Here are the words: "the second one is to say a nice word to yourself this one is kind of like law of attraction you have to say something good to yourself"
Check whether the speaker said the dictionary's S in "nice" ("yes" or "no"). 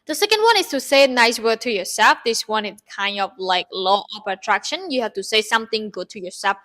yes